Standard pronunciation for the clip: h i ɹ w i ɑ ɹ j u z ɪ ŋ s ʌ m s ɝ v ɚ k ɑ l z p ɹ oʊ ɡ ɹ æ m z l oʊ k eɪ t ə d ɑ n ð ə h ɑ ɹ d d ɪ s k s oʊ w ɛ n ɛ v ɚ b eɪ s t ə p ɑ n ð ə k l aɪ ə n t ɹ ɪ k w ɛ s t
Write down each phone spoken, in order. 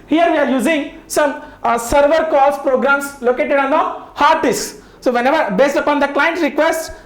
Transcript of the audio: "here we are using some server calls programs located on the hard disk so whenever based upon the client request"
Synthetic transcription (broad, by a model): h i ɹ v i ɑ ɹ j u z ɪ ŋ s ʌ m s ɝ v ɚ k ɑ l s p ɹ oʊ ɡ ɹ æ m s l oʊ k eɪ t ə d ɑ n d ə h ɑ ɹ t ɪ s s oʊ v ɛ n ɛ v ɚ b eɪ s t ə p ɑ n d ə k l aɪ ə n t ɹ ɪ k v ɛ s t